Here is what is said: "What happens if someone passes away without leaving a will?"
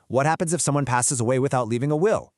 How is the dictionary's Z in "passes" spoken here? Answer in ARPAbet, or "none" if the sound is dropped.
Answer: Z